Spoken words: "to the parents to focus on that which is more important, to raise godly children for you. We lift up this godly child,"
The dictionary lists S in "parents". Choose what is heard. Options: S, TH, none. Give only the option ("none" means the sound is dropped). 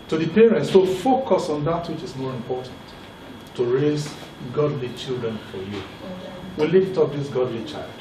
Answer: S